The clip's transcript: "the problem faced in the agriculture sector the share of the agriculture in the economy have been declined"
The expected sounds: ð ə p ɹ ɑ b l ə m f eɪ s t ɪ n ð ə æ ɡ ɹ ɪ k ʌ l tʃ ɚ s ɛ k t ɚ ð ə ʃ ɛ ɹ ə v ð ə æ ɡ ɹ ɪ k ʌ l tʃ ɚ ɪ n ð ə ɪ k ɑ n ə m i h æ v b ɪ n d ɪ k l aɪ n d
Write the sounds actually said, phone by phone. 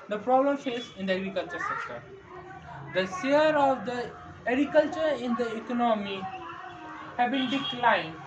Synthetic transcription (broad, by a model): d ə p ɹ ɑ b l ə m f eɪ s ɪ n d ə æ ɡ ɹ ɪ k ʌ l tʃ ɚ s ɛ k t ɚ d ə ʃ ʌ ɹ ə v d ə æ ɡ ɹ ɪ k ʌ l tʃ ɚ ɪ n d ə ɪ k ɑ n ə m i h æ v b ɪ n d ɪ k l aɪ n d